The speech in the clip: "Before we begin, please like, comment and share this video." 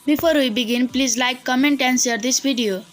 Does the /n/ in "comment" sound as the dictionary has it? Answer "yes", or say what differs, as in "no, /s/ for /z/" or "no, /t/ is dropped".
yes